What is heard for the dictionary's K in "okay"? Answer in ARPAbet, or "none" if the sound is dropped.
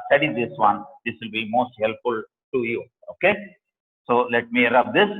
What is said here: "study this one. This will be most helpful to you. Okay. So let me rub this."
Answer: K